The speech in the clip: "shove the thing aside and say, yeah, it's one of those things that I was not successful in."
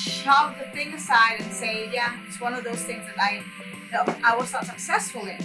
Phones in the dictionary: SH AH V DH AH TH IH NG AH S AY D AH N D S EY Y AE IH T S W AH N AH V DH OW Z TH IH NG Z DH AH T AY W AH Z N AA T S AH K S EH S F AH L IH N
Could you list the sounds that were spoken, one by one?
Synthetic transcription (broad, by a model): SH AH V DH AH TH IH NG AH S AY D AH N S EY Y AE IH T S W AH N AH V DH OW Z TH IH NG Z DH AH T AY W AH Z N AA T S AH K S EH S F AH L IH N